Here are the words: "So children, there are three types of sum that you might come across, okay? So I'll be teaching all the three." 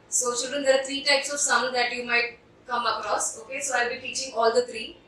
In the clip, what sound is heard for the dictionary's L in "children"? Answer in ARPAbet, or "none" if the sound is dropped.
none